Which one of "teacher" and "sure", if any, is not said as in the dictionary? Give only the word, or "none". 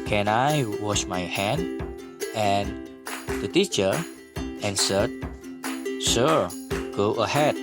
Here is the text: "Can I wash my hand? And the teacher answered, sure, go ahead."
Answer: sure